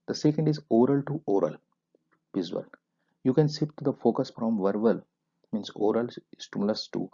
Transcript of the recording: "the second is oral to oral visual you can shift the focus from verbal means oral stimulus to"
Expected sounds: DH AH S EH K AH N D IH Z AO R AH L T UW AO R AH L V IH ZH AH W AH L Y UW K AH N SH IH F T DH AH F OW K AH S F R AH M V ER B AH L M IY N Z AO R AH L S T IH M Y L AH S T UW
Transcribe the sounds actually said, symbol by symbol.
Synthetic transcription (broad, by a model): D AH S EH K AH N D IH Z AO R AH L T UW AO R AH L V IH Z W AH L Y UW K AH N S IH P T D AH F OW K AH S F R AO M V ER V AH L M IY N S AO R AH L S T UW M L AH S T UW